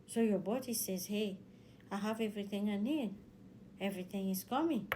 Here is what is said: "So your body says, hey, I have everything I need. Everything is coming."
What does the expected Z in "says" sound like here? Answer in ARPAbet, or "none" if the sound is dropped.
Z